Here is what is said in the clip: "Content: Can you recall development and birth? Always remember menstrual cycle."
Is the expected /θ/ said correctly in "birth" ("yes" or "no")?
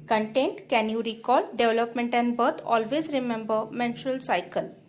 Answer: no